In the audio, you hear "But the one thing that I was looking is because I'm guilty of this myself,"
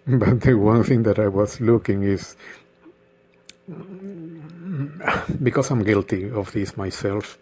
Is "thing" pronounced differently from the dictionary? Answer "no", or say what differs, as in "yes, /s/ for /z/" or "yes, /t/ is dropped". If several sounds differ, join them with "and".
no